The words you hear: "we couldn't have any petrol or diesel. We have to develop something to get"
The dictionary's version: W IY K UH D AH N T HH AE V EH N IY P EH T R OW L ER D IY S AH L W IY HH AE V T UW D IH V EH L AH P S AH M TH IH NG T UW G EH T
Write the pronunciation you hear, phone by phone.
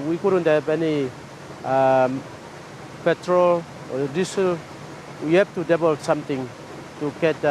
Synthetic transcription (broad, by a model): W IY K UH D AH N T HH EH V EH N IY P EH T R OW L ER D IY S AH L W IY HH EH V T UW D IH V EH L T S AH M T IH NG T UW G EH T